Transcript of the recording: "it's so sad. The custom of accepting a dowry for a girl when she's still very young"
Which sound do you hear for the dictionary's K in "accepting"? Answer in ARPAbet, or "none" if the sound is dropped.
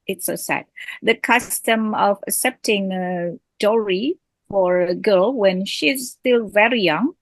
K